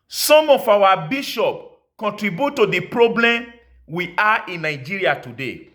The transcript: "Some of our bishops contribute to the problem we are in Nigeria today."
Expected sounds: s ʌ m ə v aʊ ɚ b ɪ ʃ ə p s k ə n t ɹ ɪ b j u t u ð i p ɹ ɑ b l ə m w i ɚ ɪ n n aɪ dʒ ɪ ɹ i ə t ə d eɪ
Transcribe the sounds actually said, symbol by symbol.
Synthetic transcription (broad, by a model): s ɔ m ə f aʊ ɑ b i ʃ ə p k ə n t ɹ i b j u t u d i p ɹ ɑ b l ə m w i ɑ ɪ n n aɪ dʒ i ɹ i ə t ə d eɪ